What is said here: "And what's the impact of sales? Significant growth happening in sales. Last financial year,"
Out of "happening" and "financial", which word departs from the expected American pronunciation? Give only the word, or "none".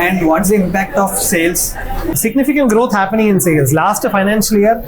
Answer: none